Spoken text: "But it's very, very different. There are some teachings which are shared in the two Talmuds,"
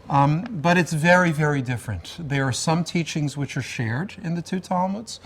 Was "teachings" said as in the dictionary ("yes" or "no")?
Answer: yes